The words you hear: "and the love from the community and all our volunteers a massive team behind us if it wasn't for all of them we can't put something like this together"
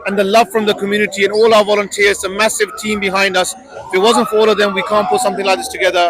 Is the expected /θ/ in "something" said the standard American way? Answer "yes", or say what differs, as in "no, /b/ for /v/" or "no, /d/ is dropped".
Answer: yes